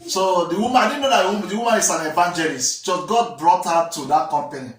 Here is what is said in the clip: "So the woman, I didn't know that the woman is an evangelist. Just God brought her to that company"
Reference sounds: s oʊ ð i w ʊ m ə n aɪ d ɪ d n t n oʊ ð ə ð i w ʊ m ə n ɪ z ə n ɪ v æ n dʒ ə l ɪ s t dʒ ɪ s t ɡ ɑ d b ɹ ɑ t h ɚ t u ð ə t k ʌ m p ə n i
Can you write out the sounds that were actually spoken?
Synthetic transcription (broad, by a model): s oʊ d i w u m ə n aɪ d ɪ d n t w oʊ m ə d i w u m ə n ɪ s ə n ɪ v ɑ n dʒ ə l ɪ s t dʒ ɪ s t ɡ ɑ d b ɹ ɑ t h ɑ t u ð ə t k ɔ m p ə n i